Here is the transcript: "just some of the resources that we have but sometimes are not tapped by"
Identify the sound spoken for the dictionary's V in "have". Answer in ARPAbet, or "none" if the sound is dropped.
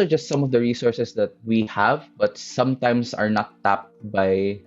V